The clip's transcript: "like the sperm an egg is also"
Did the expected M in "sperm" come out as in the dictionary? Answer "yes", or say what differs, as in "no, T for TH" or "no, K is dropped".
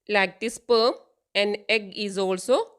no, M is dropped